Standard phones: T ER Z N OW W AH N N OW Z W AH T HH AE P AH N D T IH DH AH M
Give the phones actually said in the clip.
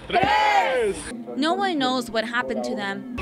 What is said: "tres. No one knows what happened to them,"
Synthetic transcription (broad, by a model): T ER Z N OW W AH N N OW Z W AH T HH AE P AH N T IH DH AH M